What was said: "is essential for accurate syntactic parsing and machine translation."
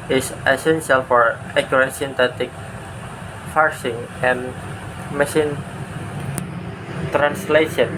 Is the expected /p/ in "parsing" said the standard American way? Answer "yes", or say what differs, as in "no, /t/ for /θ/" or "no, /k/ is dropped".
no, /f/ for /p/